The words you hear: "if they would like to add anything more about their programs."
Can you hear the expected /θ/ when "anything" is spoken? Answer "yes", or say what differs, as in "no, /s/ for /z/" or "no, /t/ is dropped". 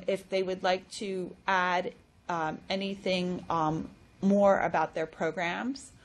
yes